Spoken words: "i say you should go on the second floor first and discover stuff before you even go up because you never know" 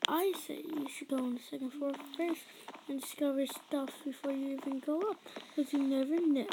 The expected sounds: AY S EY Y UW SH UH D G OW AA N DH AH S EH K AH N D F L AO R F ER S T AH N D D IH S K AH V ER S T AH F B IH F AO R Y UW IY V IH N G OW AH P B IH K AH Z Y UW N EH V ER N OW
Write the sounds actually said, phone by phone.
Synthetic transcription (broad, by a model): AY S EY Y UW SH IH D G OW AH N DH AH S EH K AH N D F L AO R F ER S AH N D D IH S K AH V ER S T AH F B IH F AO R Y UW IY V IH N G OW AH P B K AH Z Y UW N EH V ER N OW